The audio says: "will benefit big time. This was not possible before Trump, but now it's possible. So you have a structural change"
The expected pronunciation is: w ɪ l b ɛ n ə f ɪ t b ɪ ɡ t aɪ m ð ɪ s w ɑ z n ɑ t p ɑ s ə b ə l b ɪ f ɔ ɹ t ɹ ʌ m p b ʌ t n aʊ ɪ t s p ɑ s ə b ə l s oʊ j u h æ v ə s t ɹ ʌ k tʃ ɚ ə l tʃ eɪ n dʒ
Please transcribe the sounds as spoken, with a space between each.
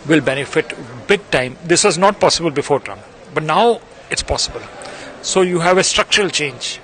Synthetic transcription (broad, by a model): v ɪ l b ɛ n ə f ɪ t b ɪ ɡ t aɪ m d ɪ s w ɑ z n ɑ t p ɑ s ə b ə l b ɪ f ɔ ɹ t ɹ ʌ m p b ʌ t n aʊ ɪ t s p ɑ s ə b ə l s oʊ j u h æ v ə s t ɹ ʌ k tʃ ɚ ə l tʃ eɪ n dʒ